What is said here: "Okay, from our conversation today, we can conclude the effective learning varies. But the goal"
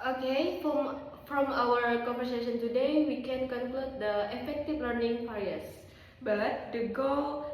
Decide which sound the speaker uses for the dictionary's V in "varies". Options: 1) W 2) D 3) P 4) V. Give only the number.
3